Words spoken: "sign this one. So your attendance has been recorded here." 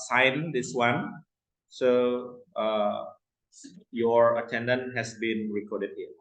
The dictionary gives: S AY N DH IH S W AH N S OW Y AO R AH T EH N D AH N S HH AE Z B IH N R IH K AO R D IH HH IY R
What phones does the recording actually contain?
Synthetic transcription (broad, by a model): S AY N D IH S W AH N S OW Y AO R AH T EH N D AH N HH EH S B IH N R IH K AO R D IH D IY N